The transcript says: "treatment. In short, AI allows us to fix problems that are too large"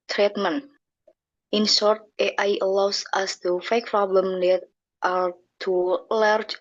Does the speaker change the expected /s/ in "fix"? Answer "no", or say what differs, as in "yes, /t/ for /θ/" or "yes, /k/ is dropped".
yes, /s/ is dropped